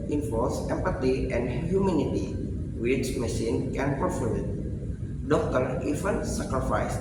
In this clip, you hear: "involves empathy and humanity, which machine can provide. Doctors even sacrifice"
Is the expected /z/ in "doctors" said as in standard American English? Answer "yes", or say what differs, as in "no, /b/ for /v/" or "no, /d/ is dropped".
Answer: no, /z/ is dropped